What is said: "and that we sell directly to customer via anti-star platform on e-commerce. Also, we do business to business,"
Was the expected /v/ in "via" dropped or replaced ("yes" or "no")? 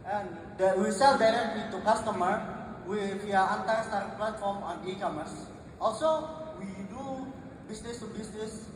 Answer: yes